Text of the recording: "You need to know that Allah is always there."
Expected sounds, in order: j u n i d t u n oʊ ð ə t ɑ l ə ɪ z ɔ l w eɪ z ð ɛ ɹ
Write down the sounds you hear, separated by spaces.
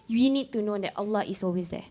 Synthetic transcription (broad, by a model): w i n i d t u n oʊ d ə t ɑ l ə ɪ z ɔ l w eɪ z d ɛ